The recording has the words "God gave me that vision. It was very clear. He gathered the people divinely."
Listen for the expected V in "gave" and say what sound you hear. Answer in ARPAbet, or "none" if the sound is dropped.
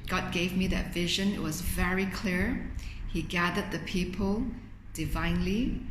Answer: V